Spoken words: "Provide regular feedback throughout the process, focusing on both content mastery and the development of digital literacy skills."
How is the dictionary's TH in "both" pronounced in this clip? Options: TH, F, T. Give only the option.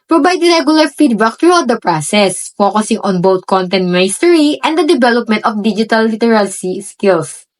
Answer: T